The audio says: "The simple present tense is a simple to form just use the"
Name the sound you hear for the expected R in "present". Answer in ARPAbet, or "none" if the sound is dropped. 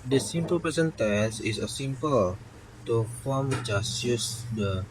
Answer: none